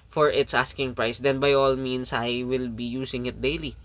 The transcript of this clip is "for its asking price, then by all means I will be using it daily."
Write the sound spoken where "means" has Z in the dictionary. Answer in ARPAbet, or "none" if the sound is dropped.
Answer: S